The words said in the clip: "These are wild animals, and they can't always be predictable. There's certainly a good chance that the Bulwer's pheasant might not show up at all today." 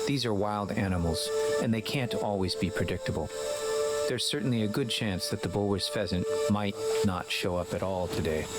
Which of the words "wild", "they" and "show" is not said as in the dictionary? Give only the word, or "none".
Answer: none